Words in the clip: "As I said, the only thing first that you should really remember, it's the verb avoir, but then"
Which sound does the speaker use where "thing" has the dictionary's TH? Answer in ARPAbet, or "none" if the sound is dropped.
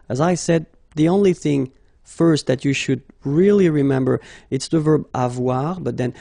TH